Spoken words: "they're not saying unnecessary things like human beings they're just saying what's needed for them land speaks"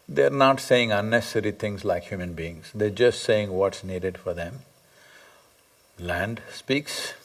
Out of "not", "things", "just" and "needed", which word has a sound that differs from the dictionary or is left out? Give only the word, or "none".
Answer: things